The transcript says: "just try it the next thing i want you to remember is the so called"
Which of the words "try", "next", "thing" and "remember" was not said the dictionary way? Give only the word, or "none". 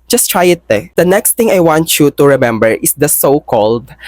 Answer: thing